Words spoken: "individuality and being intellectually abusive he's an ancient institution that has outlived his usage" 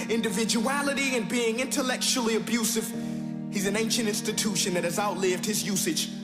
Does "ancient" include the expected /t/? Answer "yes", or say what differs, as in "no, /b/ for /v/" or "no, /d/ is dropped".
yes